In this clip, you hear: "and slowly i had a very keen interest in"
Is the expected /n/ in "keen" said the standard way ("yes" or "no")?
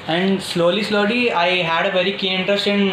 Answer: no